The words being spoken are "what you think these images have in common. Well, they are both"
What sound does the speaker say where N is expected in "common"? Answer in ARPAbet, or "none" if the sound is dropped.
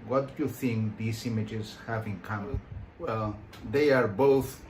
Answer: L